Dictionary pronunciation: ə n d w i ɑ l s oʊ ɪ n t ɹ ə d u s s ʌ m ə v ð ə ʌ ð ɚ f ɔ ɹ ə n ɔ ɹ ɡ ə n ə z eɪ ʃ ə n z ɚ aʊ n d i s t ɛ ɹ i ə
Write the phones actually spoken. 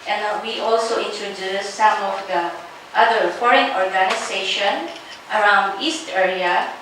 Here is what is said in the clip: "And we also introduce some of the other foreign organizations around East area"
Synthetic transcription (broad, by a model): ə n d w i ɑ l s oʊ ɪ n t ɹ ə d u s s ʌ m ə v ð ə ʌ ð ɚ f ɔ ɹ ə n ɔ ɹ ɡ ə n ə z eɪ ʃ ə n ɚ aʊ n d i s t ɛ ɹ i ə